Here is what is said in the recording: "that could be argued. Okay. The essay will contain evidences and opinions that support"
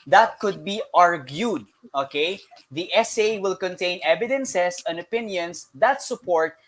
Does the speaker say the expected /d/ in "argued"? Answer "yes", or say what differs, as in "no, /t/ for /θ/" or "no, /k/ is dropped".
yes